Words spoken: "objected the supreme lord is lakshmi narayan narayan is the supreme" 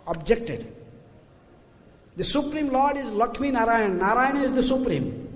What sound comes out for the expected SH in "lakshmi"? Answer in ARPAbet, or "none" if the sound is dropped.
none